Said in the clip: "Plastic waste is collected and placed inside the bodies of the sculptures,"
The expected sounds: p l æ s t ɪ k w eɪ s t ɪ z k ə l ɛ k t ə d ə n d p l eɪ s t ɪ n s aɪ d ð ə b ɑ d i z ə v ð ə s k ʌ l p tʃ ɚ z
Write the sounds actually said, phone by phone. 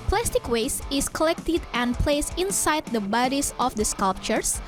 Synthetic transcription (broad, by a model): p l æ s t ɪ k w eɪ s ɪ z k ə l ɛ k t ə d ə n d p l eɪ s ɪ n s aɪ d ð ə b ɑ d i s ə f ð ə s k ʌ l p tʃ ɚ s